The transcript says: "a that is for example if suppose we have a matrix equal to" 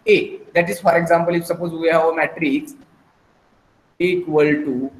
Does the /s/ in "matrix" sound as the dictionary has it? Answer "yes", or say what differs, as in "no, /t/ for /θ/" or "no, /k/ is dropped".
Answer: no, /s/ is dropped